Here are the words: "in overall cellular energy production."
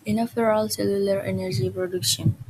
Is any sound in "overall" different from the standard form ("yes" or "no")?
yes